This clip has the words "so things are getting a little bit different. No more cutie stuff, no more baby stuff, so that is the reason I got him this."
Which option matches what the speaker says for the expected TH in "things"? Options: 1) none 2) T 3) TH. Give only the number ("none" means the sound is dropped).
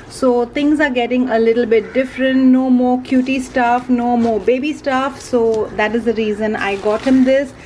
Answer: 2